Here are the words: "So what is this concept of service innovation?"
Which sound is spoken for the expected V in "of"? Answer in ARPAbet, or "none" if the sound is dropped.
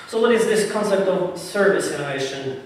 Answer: V